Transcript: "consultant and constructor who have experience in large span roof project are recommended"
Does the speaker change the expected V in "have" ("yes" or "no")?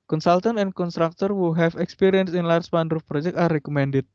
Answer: yes